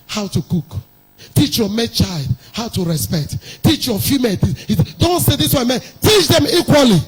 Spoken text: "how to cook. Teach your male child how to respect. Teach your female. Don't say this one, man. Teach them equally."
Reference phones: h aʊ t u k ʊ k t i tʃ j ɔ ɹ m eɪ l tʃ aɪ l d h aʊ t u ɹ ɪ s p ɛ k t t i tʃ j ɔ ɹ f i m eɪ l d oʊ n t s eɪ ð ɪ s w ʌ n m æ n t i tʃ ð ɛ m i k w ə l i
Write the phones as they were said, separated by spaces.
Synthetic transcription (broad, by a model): h aʊ t u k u k t i tʃ j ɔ m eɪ tʃ aɪ l d h aʊ t u ɹ ɪ s p ɛ k t t i tʃ j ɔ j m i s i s d oʊ n t s eɪ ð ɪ s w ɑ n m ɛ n t i tʃ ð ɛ m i k w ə l i